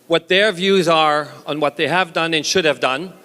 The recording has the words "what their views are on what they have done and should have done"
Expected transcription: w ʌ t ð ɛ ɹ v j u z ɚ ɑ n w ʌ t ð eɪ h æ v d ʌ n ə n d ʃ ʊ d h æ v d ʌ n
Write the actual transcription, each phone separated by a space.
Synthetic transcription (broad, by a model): w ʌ t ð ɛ ɹ v j u z ɚ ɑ n w ʌ t ð eɪ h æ v d ʌ n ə n ʃ ʊ d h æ v d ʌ n